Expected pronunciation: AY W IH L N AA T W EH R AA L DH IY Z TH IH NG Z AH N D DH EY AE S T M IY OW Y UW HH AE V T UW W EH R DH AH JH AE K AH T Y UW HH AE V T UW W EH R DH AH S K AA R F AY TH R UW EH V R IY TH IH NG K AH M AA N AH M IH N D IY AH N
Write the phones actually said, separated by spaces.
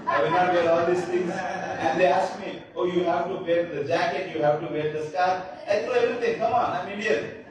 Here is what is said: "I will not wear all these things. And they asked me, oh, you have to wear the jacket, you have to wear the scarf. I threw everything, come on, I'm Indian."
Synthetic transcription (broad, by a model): AY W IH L N AA T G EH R AA L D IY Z T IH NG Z AH N D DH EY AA S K M IY OW Y UW HH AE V T UW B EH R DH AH JH AE K AH T Y UW HH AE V T UW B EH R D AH S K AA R AY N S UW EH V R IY T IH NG K AH M AA N AH M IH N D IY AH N